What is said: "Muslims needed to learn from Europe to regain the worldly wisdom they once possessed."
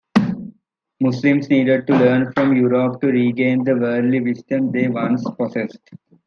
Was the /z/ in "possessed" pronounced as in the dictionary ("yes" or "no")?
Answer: no